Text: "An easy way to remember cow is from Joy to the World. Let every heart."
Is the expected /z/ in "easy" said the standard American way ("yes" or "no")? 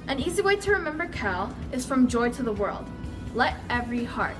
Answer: yes